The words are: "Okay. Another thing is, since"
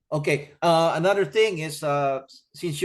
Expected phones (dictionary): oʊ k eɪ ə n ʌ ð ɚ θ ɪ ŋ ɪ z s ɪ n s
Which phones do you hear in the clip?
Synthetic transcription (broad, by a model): oʊ k eɪ ə n ʌ ð ɚ θ ɪ ŋ ɪ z s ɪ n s